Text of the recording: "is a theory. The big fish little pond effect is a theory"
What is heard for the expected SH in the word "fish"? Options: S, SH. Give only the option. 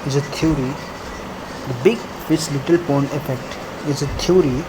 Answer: S